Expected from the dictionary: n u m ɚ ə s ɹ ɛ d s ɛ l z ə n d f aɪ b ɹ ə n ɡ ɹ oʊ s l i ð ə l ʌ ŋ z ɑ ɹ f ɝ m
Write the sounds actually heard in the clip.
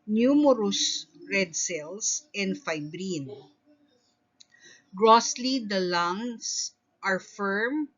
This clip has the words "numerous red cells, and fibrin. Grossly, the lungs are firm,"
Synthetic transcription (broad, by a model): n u m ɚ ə s ɹ ɛ d s ɛ l s ə n d f aɪ b ɹ ə n ɡ ɹ oʊ s l i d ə l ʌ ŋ s ɑ ɹ f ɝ m